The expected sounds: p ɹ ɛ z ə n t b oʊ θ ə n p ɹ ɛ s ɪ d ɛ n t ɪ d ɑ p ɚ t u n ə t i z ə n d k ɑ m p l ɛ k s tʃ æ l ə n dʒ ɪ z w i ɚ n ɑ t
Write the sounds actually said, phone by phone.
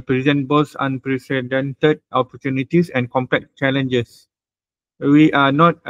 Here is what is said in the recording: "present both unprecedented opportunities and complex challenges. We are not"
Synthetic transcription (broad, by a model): p ɹ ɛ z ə n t b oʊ s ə n p ɹ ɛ s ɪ d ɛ n t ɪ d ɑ p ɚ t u n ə t i s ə n k ɑ m p l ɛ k tʃ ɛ l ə n dʒ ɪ s w i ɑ n ɑ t